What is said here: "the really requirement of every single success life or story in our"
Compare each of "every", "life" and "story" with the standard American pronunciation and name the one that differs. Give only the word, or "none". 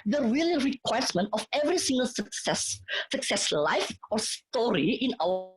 none